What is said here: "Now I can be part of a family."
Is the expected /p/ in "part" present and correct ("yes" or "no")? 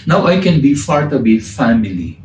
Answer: no